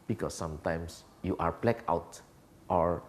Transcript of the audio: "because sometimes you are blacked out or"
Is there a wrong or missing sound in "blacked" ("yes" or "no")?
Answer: yes